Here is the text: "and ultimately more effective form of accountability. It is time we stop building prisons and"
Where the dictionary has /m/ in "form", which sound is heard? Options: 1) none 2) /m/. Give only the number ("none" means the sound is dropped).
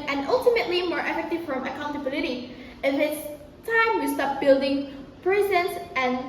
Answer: 1